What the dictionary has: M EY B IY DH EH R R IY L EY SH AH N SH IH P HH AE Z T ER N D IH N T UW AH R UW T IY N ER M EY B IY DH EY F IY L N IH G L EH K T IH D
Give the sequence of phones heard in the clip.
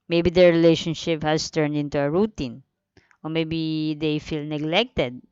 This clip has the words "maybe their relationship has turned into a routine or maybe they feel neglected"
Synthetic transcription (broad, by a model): M EY B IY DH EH R R IY L EY SH AH N SH IH P HH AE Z T ER N D IH N T UW AH R UW T IY N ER M EY B IY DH EY F IY L N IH G L EH K T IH D